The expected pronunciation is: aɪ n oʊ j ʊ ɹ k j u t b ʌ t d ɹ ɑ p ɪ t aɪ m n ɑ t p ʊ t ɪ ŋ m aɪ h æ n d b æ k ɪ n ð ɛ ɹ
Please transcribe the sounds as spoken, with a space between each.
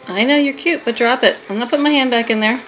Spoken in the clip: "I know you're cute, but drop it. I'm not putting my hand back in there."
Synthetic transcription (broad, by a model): aɪ n oʊ j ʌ ɹ k j u t b ʌ t d ɹ ɑ p ɪ t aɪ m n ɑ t p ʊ t m aɪ h æ n d b æ k ɪ n ð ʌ ɹ